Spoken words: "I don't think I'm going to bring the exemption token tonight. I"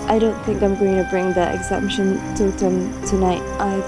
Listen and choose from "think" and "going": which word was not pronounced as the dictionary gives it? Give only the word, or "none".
none